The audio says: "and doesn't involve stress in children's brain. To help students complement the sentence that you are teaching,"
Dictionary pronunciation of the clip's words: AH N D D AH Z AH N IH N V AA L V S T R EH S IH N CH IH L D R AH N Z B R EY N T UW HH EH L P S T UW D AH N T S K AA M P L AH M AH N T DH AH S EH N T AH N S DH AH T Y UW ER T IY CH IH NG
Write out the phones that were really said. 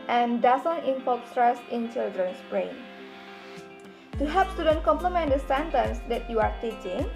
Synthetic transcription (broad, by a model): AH N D D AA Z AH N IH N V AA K S T R EH S IH N CH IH L D R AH N S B R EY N T UW HH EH P S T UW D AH N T K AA M P L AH M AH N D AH S EH N T AH N S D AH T Y UW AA T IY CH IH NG